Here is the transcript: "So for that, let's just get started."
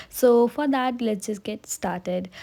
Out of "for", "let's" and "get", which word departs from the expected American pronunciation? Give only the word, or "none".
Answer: let's